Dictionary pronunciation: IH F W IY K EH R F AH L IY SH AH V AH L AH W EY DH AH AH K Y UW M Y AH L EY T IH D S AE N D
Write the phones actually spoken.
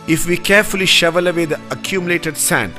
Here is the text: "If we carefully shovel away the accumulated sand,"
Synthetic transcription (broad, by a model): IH F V IY K EH R F AH L IY SH AH V AH L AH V EY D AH AH K Y UW M Y AH L EY T IH D S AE N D